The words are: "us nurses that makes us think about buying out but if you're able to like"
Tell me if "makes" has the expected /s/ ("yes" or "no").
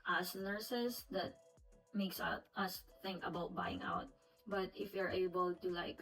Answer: yes